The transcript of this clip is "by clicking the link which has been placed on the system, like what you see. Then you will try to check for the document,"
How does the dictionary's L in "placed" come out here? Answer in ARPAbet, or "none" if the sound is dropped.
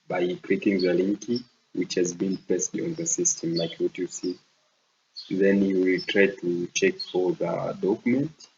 none